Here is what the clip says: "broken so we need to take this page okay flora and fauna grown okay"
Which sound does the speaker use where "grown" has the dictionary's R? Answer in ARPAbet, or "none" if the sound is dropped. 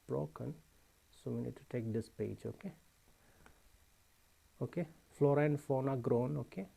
R